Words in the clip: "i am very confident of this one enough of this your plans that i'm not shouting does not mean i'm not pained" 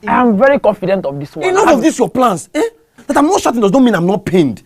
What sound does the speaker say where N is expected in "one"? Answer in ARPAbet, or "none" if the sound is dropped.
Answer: none